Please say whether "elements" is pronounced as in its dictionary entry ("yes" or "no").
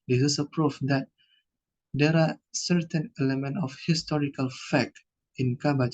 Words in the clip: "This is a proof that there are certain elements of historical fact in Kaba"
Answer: no